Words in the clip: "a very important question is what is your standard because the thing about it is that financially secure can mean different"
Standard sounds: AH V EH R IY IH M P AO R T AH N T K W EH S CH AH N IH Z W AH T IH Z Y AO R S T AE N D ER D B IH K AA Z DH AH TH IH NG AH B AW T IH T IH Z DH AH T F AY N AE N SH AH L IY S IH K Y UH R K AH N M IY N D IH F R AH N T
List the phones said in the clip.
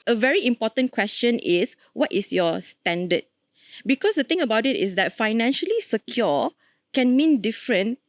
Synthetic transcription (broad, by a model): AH V EH R IY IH M P AO T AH N K W EH S CH AH N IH S W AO T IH S Y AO S T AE N D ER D B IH K AA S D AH T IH NG AH B AW T IH T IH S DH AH T F AY N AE N SH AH L IY S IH K Y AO K AH N M IY N D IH F R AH N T